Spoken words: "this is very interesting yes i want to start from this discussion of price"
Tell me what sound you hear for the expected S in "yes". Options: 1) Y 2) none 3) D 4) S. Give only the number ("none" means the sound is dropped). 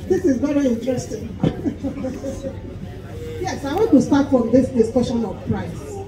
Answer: 4